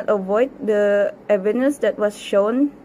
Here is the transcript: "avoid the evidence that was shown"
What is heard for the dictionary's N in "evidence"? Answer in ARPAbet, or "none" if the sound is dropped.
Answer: none